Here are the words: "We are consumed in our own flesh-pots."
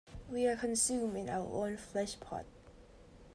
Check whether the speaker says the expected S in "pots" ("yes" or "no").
no